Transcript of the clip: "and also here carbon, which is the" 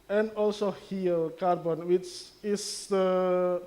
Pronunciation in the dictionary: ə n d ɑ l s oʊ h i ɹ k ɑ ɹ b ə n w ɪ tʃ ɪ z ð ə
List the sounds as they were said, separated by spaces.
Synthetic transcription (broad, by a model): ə n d ɑ l s oʊ h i l k ɑ ɹ b ə n w ɪ tʃ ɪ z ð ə